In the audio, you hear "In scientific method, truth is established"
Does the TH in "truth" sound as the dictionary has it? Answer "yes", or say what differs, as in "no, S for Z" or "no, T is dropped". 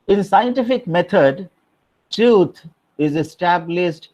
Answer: no, T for TH